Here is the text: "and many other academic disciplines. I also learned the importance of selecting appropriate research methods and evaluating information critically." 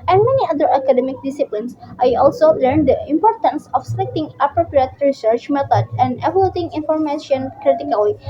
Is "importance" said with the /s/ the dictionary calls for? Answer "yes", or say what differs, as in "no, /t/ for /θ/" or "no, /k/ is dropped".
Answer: yes